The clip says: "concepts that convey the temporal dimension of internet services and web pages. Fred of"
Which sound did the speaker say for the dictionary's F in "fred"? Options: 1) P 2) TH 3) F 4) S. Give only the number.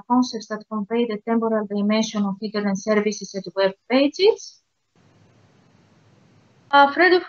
3